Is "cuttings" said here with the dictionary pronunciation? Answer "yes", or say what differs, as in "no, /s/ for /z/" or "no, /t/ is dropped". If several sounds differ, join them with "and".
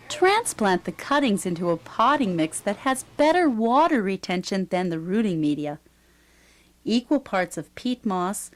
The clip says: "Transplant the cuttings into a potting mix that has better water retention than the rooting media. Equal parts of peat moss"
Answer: yes